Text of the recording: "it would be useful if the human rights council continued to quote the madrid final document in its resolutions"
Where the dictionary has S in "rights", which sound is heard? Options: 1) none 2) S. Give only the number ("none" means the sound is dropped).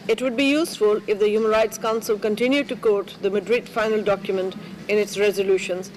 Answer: 2